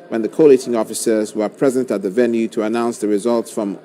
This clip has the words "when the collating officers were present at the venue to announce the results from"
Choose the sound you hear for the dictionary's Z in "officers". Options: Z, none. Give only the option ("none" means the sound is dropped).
Z